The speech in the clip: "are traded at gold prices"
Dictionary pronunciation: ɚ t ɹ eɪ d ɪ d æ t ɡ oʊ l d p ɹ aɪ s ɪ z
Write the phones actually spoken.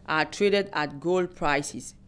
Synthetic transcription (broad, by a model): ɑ t ɹ eɪ d ɪ d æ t ɡ oʊ l d p ɹ aɪ s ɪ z